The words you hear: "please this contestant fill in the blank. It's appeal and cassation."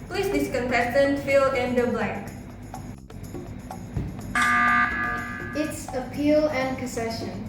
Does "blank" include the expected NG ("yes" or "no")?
no